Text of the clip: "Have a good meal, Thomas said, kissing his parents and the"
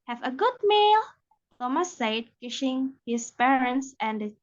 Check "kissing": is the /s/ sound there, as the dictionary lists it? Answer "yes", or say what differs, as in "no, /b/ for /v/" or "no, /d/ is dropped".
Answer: no, /ʃ/ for /s/